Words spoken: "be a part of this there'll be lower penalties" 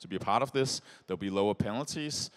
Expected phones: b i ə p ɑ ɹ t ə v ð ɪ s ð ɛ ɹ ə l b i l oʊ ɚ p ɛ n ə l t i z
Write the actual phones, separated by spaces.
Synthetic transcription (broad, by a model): b i ə p ɑ ɹ t ə v ð ɪ s ð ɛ ə l b i l oʊ ɚ p ɛ n l t i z